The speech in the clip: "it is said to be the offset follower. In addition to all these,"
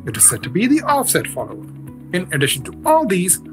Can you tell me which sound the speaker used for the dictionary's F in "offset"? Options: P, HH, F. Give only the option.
F